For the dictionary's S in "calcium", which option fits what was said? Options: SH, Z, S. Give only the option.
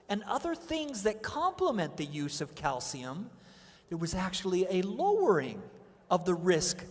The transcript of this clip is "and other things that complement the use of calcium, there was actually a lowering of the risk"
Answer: S